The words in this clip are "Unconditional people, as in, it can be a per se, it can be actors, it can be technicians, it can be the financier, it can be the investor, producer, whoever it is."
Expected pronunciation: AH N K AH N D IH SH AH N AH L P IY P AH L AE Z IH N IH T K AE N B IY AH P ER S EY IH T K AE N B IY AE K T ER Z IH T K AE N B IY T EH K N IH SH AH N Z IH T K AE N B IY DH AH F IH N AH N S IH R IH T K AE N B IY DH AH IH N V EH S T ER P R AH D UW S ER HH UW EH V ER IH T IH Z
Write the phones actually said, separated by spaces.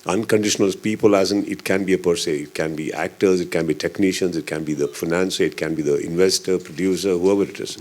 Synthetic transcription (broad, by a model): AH N K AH N D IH SH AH N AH L P IY P AH L AE Z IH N IH T K AE N B IY AH P ER S EY IH T K AE N B IY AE K T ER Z IH T K AE N B IY T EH K N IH SH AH N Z IH T K AE N B IY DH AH F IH N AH N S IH IH T K AE N B IY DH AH IH N V EH S T ER P R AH D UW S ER HH UW EH V ER IH T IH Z